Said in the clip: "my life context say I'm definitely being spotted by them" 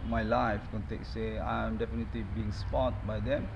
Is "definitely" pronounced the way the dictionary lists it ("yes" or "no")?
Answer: yes